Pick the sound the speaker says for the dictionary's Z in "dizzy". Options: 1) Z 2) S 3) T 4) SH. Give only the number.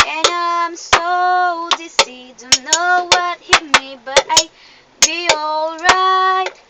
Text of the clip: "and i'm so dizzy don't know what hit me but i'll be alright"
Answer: 2